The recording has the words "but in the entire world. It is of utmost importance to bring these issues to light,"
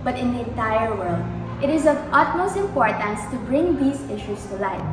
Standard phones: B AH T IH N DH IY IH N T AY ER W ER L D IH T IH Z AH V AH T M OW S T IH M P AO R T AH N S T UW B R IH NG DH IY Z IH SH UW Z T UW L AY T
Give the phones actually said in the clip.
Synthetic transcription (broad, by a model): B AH T IH N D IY IH N T AY ER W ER L D IH T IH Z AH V AH T M OW S T IH M P AO R T AH N S T UW B R IH NG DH IY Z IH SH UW S T UW L AY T